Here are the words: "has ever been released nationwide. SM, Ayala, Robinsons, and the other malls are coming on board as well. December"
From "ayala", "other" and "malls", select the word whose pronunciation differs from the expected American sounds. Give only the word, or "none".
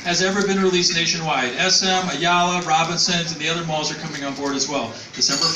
none